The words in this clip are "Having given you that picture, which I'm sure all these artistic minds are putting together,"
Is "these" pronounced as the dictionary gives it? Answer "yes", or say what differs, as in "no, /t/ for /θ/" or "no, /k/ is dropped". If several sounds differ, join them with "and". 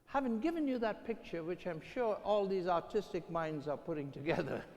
yes